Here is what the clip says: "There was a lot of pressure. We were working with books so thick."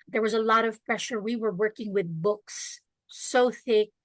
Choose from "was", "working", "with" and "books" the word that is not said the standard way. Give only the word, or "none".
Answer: none